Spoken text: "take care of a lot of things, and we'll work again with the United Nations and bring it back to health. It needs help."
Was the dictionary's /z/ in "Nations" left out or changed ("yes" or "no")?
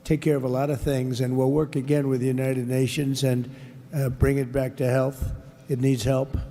no